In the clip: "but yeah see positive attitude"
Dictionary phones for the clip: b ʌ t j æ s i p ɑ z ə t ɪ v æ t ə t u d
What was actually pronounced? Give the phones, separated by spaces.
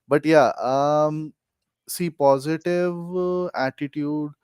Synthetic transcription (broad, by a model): b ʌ t j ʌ s i p ɑ z ə t ɪ v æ t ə t u d